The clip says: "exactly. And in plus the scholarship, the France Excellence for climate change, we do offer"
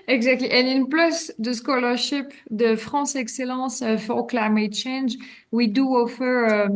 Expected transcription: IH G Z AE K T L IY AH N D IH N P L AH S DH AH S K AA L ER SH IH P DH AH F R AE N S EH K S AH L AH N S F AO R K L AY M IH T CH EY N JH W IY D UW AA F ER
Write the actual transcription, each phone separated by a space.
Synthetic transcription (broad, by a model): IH G Z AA K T L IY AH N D IH N P L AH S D AH S K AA L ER SH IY P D AH F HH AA S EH K S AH L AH S F AO R K L AY M IH T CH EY N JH W IY D UW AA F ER